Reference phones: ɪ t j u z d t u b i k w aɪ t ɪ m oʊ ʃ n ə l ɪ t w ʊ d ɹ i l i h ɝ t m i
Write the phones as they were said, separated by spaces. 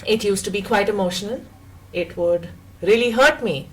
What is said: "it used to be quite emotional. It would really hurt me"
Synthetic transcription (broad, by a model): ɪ t j u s t u b i k w aɪ t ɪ m oʊ ʃ ə n ɪ t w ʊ d ɹ i l i h ɝ t m i